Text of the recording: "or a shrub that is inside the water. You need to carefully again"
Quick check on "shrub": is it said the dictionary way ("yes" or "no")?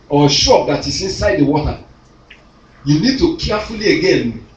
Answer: no